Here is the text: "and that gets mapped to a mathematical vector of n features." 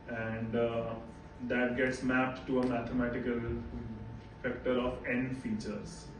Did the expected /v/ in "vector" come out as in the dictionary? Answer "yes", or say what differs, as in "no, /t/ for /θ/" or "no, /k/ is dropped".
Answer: no, /f/ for /v/